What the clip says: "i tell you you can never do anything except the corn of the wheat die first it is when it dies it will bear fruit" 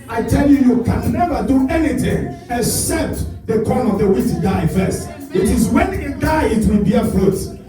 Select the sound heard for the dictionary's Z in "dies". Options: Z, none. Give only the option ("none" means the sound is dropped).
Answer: none